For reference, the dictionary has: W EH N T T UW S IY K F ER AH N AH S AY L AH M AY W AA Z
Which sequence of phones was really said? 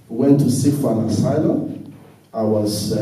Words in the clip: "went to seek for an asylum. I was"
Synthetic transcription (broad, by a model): W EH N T T UW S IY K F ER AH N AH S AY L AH AY W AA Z